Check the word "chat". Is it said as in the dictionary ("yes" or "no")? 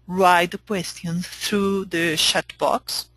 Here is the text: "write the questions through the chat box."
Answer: no